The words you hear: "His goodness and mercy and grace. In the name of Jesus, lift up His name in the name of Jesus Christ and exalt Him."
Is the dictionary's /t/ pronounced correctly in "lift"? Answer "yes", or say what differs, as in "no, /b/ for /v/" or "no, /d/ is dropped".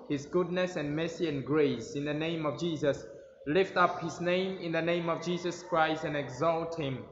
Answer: yes